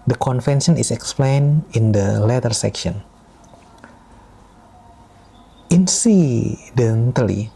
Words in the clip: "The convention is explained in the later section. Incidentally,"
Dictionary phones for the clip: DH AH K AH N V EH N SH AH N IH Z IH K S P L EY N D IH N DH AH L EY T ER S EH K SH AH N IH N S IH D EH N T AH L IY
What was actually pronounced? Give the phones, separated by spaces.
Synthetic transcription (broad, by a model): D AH K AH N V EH N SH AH N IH S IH K S P L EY N IH N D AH L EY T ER S EH K SH AH N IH N S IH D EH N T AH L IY